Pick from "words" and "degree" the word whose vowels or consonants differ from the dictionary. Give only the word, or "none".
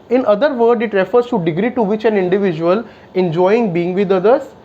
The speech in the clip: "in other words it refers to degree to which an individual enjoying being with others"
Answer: words